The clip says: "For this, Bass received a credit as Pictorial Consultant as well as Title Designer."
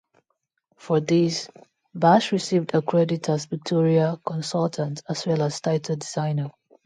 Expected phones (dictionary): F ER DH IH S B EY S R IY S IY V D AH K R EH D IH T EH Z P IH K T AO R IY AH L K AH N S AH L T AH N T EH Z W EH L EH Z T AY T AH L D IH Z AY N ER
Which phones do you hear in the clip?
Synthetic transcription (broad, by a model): F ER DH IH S B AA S R IY S IY V D AH K R EH D IH T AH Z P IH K T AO R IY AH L K AH N S AH L T AH N T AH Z W EH L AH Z T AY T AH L D IH Z AY N ER